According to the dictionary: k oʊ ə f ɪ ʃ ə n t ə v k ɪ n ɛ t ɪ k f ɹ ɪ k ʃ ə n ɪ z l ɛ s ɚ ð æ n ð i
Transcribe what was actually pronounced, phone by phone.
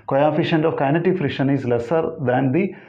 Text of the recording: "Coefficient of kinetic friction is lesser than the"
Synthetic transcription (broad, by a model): k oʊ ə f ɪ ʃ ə n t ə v k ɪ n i t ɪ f ɹ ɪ ʃ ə n ɪ z l ɛ s ɚ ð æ n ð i